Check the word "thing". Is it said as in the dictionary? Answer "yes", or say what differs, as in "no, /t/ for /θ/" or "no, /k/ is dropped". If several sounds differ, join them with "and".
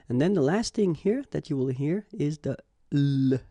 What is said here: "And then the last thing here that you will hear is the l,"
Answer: yes